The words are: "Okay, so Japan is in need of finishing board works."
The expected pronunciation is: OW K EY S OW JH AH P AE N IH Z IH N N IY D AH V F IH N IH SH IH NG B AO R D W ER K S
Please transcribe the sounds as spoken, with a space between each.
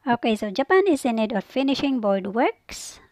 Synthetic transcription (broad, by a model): OW K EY S OW JH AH P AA N IH Z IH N N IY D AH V F IH N IH SH IH NG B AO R D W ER K S